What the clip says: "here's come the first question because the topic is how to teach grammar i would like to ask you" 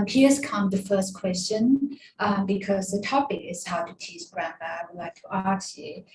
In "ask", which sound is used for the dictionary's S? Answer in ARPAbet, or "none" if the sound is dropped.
none